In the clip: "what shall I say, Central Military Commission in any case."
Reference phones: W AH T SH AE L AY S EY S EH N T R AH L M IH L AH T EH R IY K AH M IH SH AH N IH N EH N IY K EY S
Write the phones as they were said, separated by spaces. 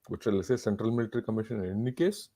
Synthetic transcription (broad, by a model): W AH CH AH L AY S EY S EH N T R AH L M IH L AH T R IY K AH M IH SH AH N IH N N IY K EY S